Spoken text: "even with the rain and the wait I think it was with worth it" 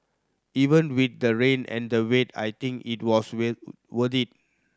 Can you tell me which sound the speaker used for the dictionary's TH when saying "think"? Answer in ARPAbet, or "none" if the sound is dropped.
T